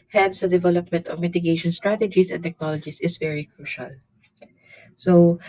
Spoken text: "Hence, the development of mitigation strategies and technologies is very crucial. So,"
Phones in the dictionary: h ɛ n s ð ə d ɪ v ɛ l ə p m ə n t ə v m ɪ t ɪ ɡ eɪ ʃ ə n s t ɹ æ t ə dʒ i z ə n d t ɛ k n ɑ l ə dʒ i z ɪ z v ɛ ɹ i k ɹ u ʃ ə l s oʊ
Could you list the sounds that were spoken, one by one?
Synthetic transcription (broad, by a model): h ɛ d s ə d ɪ v ɛ l ə p m ə n t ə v m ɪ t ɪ ɡ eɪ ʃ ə n s t ɹ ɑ t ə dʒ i s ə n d t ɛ k n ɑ l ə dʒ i s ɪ s v ɛ ɹ i k ɹ u ʃ ə l s oʊ